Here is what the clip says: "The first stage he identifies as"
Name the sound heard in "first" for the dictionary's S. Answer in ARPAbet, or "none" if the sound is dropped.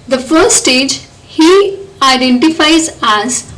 none